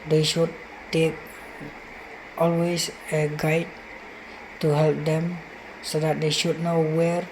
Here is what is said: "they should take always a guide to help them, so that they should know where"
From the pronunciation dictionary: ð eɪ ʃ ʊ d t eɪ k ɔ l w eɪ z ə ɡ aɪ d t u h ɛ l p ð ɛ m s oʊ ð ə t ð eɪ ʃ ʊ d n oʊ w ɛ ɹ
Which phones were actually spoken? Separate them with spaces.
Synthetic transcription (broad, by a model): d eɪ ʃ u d t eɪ k ɔ l w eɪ s ə ɡ aɪ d t u h ɛ l p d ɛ m s oʊ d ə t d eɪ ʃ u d n oʊ w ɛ ɹ